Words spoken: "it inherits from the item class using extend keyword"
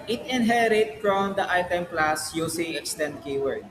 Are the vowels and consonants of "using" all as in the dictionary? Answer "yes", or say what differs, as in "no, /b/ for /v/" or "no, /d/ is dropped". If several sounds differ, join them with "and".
no, /s/ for /z/